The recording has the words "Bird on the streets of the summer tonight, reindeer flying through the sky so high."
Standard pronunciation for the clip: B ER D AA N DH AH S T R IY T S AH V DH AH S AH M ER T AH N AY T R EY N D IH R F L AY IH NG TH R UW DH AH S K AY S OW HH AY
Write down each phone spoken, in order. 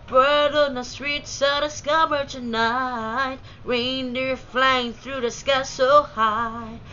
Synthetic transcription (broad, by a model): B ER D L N DH AH S T R IY T S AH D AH S AH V ER T AH N AY T R EY N D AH R F L AY IH NG TH R UW DH AH S K AY S OW HH AY